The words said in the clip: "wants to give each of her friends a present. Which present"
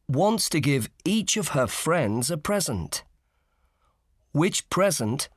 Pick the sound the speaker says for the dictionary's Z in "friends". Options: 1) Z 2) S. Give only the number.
1